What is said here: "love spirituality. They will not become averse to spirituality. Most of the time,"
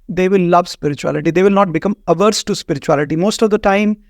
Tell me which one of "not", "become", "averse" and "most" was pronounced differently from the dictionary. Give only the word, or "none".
none